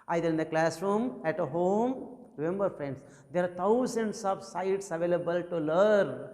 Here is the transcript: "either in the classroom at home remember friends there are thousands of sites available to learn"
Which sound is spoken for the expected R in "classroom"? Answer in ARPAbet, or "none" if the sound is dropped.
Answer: R